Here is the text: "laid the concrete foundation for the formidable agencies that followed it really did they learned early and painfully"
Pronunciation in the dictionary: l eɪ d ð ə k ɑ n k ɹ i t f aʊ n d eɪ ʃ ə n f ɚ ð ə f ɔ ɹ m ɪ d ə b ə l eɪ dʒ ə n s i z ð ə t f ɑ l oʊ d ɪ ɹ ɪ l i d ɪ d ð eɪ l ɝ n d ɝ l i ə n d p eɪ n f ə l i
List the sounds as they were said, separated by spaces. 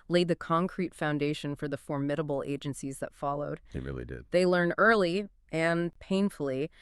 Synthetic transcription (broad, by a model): l eɪ d ð ə k ɑ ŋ k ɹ i t f aʊ n d eɪ ʃ ə n f ɚ ð ə f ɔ ɹ m ɪ d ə b l eɪ dʒ ə n s i z ð ə t f ɑ l oʊ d ɪ ɹ ɪ l i d ɪ d ð eɪ l ɝ n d ɝ l i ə n p eɪ n f l i